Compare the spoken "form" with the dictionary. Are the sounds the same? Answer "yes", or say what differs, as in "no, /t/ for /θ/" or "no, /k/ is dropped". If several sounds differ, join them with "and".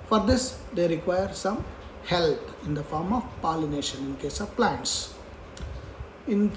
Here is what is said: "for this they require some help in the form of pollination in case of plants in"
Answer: yes